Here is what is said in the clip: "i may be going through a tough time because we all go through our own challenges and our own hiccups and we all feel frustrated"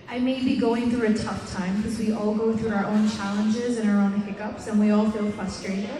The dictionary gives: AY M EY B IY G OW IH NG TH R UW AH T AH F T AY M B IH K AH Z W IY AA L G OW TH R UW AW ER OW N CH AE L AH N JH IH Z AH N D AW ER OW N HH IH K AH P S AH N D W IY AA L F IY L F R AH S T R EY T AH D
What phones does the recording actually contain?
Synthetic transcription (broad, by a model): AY M EY B IY G OW IH NG TH R UW AH T AH F T AY M K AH Z W IY AA L G OW TH R UW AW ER OW N CH AE L AH N JH IH Z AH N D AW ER OW N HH IH K AH P S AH N W IY AA L F IY L F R AH S T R EY T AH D